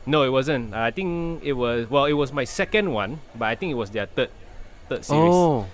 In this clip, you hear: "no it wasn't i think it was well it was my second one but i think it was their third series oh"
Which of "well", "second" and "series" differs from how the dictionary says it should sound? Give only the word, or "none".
series